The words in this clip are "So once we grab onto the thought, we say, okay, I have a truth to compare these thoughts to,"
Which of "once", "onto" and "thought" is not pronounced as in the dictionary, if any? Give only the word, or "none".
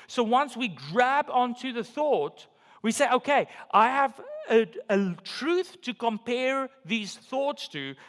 none